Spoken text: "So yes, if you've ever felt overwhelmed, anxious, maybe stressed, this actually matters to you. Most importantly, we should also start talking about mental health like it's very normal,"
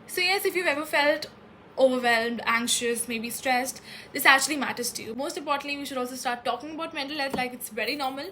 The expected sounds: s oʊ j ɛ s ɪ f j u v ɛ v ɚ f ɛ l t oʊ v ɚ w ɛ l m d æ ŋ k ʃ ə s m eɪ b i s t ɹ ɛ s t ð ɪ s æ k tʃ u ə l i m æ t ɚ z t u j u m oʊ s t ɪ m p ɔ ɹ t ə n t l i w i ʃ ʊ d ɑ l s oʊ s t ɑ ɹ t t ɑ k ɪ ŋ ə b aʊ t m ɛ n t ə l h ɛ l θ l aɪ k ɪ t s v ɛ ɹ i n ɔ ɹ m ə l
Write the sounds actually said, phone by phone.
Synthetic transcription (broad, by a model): s oʊ j ɛ s ɪ f j u v ɛ v ɚ f ɛ l t oʊ v ɚ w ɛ l m d æ ŋ k ʃ ə s m eɪ b i s t ɹ ɛ s t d ɪ s æ k tʃ u ə l i m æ t ɚ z t u j u m oʊ s t ɪ m p ɔ ɹ t ə n t l i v i ʃ ʊ d ɑ l s oʊ s t ɑ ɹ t t ɑ k ɪ ŋ ə b aʊ t m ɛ n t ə l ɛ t l aɪ k ɪ t s v ɛ ɹ i n ɔ ɹ m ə l